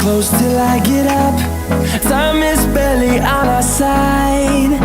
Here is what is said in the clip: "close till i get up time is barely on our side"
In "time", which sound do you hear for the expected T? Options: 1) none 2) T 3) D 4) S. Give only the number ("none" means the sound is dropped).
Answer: 4